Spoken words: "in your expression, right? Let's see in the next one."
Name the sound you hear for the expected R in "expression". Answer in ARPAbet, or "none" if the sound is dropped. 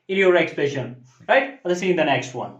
none